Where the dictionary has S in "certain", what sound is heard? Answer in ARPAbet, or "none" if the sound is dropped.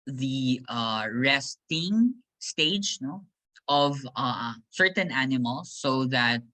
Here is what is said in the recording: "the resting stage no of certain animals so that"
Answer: S